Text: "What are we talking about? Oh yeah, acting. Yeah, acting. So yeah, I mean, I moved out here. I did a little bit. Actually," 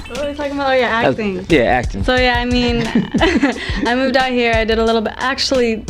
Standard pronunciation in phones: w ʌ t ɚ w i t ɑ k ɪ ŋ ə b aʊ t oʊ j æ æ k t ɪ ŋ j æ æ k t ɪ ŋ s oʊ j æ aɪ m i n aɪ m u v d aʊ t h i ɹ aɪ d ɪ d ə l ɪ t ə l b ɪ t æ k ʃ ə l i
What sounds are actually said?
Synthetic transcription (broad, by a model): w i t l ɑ ɪ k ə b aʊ oʊ j æ æ k t ɪ ŋ j æ æ k t ɪ ŋ s oʊ j æ aɪ m i n aɪ m u v d aʊ t h i ɹ aɪ d ɪ d ə l ɪ t l b ɪ t æ k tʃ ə l i